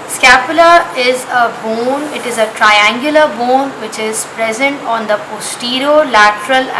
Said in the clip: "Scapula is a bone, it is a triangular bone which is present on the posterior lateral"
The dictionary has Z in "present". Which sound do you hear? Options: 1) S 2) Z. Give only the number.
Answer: 2